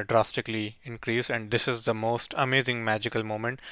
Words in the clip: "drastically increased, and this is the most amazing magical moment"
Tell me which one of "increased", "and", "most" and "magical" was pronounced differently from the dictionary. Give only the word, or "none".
increased